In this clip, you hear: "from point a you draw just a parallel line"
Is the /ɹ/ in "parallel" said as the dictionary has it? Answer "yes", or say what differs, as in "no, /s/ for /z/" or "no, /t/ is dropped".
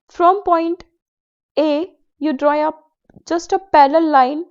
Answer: no, /l/ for /ɹ/